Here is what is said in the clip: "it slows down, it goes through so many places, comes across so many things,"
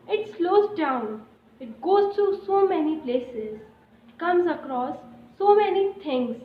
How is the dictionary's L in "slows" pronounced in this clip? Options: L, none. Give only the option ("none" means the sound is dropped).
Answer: L